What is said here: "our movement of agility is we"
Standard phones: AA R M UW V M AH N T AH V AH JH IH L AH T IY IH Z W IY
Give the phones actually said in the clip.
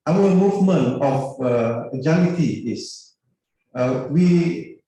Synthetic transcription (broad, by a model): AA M M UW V M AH N AH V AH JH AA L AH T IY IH S W IY